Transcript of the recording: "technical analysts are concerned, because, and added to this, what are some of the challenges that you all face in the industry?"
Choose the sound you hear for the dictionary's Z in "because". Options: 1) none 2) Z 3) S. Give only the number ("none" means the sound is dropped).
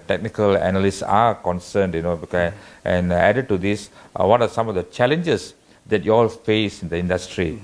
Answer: 1